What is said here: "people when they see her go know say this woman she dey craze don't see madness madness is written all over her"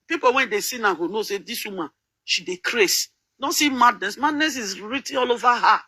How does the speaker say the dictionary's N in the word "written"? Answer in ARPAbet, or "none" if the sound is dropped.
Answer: none